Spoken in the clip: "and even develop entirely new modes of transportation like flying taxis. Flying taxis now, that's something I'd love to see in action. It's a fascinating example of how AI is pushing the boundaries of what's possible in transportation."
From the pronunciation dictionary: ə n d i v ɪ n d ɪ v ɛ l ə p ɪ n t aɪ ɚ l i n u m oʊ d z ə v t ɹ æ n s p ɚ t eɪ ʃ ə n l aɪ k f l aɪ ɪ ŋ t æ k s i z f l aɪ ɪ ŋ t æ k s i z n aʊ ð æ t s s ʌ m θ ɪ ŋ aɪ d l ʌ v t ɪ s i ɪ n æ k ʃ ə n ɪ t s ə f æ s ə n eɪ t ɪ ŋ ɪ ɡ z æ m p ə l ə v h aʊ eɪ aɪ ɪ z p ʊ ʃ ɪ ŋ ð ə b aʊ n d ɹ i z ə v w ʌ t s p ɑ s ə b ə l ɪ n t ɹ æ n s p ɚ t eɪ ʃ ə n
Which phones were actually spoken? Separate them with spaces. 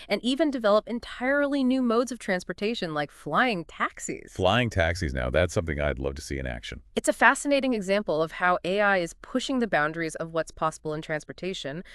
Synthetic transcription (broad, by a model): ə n i v ɪ n d ɪ v ɛ l ə p ɪ n t aɪ ɚ l i n u m oʊ d z ə v t ɹ æ n s p ɚ t eɪ ʃ ə n l aɪ k f l aɪ ɪ ŋ t æ k s i z f l aɪ ɪ ŋ t æ k s i z n aʊ ð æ t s s ʌ m θ ɪ ŋ aɪ d l ʌ v t ɪ s i ɪ n æ k ʃ ə n ɪ t s ə f æ s ə n eɪ t ɪ ŋ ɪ ɡ z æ m p l ə v h aʊ eɪ aɪ ɪ z p ʊ ʃ ɪ ŋ ð ə b aʊ n d ɹ i z ə v w ʌ t s p ɑ s ə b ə l ɪ n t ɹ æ n s p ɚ t eɪ ʃ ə n